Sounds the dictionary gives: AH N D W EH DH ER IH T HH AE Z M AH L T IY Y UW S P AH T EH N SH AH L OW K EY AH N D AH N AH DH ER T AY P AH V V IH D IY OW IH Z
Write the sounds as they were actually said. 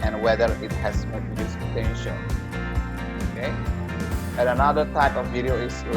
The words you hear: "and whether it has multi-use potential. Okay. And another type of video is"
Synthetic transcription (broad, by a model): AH N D W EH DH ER IH T HH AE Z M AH T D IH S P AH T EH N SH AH N OW K EY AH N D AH N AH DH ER T AY P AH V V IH D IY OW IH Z